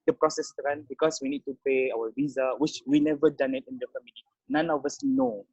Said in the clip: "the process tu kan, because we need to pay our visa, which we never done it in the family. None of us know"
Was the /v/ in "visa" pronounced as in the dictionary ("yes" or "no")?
yes